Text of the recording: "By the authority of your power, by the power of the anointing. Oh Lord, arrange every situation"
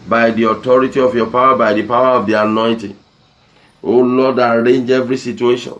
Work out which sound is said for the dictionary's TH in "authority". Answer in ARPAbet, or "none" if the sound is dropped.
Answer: T